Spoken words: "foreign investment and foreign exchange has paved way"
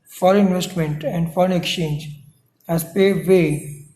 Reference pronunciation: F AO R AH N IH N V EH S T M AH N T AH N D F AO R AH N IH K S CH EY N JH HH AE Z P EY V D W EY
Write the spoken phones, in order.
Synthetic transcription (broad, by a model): F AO R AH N IH N V EH S T M AH N T AH N D F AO R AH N IH K S CH EY N JH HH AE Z P EY D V EY